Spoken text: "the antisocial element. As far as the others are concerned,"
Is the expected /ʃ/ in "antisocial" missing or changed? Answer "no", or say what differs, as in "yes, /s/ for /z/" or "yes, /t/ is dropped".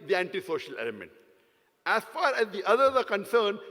no